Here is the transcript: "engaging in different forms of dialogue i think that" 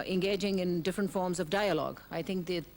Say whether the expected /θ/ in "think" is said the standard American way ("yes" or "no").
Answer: no